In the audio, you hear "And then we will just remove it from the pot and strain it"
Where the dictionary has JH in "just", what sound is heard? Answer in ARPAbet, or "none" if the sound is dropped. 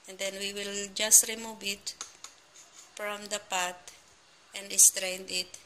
JH